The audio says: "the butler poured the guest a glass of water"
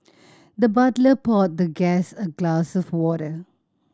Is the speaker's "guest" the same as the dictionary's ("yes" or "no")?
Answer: no